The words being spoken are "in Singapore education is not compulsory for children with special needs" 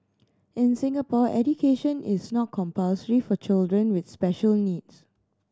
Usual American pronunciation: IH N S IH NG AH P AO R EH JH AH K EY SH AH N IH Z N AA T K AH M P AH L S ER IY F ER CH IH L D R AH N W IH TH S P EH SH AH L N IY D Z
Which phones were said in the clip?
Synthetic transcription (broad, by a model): IH N S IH NG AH P AO EH JH AH K EY SH AH N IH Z N AA T K AH M P AH L S ER IY F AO CH IH L D R AH N W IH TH S P EH SH AH L N IY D S